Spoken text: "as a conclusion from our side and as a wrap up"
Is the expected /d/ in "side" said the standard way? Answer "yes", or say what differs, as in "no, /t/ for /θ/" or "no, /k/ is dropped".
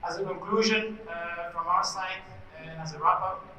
no, /d/ is dropped